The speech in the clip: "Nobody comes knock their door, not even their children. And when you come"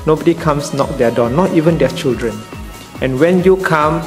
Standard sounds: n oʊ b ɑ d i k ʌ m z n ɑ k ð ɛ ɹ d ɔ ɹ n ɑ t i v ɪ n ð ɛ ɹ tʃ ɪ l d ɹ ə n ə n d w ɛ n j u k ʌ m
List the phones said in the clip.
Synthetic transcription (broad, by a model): n oʊ b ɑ d i k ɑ m s n ɑ k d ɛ d ɔ n ɑ t i v ɪ n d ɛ tʃ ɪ l d ɹ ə n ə n w ɛ n j u k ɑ m